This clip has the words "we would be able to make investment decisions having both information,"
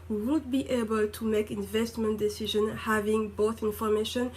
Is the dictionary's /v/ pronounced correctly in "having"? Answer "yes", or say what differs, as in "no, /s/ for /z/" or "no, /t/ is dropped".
yes